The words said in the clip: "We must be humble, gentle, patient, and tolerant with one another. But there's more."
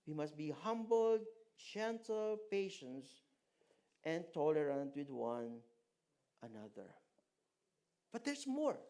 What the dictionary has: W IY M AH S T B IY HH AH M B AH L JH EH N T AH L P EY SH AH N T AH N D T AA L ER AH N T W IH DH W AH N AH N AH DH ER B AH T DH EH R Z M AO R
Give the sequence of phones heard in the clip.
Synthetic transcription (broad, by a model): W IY M AH S T B IY HH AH M B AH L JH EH N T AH L P EY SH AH N T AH N T AA L ER AH N T W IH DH W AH N AH N AH DH ER B AH T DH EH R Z M AO R